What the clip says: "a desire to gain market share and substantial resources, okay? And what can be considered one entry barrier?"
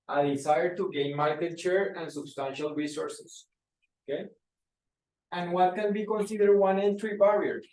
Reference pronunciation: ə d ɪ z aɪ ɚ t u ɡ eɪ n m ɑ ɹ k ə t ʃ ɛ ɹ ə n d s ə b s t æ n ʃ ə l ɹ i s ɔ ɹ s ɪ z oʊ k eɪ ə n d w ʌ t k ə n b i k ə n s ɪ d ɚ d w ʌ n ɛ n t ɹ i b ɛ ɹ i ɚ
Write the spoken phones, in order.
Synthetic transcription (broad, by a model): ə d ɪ s aɪ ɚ t u ɡ eɪ n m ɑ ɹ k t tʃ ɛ ɹ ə n s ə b s t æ n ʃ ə l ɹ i s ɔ ɹ s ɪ s oʊ k eɪ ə n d w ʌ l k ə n b i k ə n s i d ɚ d w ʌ n ɛ n t ɹ i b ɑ ɹ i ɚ